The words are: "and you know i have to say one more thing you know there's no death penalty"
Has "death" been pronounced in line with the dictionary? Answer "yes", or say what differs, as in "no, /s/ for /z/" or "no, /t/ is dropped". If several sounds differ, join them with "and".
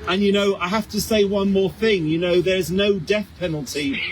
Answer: yes